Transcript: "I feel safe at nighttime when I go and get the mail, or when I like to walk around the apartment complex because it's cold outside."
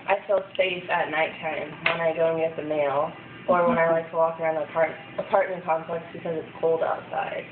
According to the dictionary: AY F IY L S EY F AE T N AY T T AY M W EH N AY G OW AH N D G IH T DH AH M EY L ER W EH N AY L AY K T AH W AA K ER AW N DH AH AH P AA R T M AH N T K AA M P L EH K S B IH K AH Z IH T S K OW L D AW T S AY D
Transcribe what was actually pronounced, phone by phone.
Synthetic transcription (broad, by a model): AY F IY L S EY IH T N AY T T AY M W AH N AY G OW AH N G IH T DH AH M EY L ER W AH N AY L AY K T AH W AA K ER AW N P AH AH P AA R T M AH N K AA M P L EH K S B IH K AH Z IH T S K OW L D AW T S AY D